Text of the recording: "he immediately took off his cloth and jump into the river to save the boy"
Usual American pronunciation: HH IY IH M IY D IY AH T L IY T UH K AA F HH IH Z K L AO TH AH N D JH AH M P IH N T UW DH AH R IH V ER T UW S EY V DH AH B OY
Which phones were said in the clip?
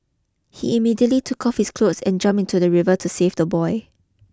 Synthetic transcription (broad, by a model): HH IY IH M IY D IY AH T L IY T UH K AA F HH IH S K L AO S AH N JH AH M P IH N T UW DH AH R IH V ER T UW S EY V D AH B OY